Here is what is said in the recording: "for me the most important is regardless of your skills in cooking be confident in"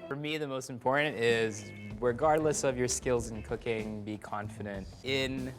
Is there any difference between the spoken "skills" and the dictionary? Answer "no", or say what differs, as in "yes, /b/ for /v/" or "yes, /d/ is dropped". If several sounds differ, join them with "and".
no